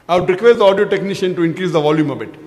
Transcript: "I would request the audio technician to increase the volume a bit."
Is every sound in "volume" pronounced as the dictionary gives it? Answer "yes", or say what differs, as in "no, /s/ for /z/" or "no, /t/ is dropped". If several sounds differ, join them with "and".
yes